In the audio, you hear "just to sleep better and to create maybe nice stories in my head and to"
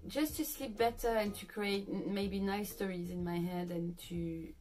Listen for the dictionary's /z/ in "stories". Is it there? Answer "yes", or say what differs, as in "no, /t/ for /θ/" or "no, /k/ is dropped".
yes